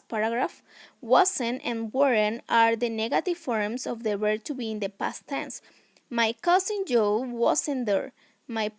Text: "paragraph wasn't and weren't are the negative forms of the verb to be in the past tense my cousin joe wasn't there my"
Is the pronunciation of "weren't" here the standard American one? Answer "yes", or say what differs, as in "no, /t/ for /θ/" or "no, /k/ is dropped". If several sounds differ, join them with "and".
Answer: no, /t/ is dropped